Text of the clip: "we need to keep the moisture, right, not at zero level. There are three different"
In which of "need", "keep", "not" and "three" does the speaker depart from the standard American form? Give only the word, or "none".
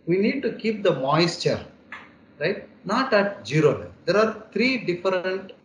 three